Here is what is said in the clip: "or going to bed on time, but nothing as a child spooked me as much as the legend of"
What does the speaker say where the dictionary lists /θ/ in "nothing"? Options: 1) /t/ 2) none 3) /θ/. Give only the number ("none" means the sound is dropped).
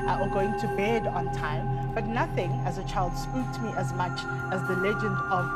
3